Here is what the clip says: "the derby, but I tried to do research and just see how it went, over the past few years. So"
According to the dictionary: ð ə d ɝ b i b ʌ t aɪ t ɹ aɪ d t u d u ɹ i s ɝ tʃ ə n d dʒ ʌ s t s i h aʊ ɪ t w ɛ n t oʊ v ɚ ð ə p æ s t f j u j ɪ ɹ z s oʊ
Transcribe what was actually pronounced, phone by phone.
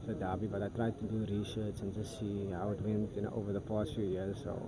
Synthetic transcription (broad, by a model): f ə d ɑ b i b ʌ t aɪ t ɹ aɪ d t u d u ɹ i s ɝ s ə n dʒ ʌ s t s i h aʊ ɪ t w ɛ n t oʊ v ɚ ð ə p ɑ s t f j u j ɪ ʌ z s oʊ